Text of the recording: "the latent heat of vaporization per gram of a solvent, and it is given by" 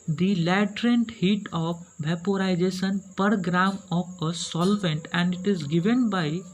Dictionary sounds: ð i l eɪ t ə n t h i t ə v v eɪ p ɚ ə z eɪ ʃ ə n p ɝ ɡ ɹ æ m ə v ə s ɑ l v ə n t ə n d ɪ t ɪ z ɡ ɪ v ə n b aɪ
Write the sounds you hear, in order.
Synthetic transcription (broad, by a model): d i l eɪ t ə n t h i t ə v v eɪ p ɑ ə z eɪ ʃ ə n p ɝ ɡ ɹ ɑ m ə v ə s ɑ l v ə n t ə n d ɪ t ɪ z ɡ ɪ v ə n b aɪ